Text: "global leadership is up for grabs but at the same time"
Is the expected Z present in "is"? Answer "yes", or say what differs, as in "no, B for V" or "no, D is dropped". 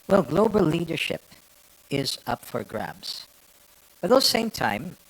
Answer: yes